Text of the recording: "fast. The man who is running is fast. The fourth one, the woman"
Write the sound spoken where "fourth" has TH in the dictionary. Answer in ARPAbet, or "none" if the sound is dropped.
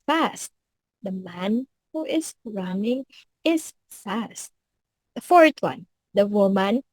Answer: T